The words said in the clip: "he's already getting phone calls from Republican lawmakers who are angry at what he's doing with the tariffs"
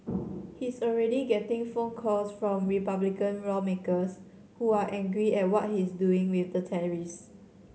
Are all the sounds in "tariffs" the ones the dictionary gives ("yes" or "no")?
no